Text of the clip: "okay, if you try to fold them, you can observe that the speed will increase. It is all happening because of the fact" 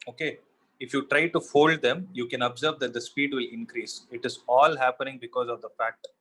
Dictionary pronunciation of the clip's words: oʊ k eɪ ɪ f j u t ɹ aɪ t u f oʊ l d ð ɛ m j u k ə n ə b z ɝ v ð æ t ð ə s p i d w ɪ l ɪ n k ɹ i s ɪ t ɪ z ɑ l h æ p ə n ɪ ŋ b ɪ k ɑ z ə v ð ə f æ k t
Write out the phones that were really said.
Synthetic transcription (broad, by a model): oʊ k eɪ ɪ f j u t ɹ aɪ t u f oʊ l d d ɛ m j u k ə n ə b z ɝ v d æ t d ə s p i d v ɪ l ɪ n k ɹ i s ɪ t ɪ z ɑ l h æ p ə n ɪ ŋ b ɪ k ɑ z ə v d ə f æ k t